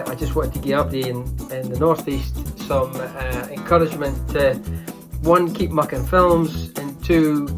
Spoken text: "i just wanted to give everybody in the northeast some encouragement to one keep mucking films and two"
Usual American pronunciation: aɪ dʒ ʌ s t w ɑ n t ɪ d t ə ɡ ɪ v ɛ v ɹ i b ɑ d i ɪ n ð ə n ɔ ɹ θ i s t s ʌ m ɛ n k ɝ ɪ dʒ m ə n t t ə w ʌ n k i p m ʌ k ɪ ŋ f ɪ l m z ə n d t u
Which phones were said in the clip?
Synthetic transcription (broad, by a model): aɪ dʒ ʌ s t w ɑ n t ɪ d t ə ɡ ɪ ʌ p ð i ɪ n ɪ n ð ə n ɔ ɹ θ i s t s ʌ m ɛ n k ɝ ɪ dʒ m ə n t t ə w ʌ n k i p m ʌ k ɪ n f ɪ l m z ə n t u